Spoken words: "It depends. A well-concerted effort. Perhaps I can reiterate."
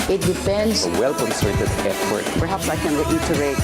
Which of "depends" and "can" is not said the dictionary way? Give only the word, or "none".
depends